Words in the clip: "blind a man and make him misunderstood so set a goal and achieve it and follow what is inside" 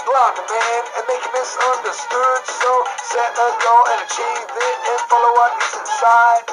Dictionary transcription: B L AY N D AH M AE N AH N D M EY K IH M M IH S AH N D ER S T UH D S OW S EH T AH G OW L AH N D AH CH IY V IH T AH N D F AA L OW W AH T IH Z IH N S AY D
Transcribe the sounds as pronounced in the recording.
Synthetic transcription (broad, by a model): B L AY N AH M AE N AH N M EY IH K M IH S AH N D ER S T UH D S OW S EH T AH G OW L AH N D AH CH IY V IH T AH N F AA L OW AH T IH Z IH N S AY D